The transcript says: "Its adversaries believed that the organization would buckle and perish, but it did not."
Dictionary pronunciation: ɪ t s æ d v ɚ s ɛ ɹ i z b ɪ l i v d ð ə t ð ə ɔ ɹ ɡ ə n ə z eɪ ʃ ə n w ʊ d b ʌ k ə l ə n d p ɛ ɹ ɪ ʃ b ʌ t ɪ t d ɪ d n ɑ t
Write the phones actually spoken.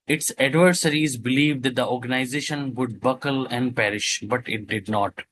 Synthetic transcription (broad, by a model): ɪ t s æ d v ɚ s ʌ ɹ i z b ɪ l i v d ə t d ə ɔ ɹ ɡ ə n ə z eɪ ʃ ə n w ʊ d b ʌ k ə l ə n d p ɛ ɹ ɪ ʃ b ʌ t ɪ t d ɪ d n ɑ t